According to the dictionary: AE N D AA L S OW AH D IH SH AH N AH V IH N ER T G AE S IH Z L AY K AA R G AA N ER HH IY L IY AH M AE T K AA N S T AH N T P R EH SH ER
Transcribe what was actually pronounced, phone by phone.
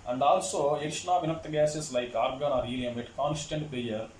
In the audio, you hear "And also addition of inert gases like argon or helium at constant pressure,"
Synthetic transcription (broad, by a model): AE N D AA L S OW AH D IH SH N AH V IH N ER T G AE S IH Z L AY K AA R G AA N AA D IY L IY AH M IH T K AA N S T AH N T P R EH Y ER